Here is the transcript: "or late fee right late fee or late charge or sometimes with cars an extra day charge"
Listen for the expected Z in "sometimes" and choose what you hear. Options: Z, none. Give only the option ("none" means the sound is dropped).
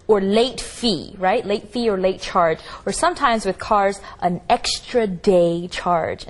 Z